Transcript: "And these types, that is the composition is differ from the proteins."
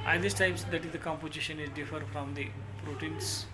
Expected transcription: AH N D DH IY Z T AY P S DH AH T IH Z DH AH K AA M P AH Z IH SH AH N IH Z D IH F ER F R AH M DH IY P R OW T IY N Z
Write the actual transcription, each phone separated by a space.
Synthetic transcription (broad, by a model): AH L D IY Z T AY P S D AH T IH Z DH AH K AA M P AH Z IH SH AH N IH Z D IH F ER F R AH M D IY P R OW T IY N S